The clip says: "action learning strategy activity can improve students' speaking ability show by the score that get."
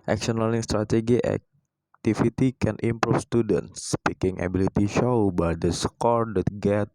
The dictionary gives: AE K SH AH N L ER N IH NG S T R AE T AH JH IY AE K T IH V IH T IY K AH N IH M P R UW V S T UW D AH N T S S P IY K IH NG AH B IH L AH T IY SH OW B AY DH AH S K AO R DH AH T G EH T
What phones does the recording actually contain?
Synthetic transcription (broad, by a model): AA K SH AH N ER L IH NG S T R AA T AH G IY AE K T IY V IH T IY K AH N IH M P R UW F S T UW D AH N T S S P IY K IH NG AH B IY L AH T IY SH OW B AY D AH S K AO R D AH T G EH T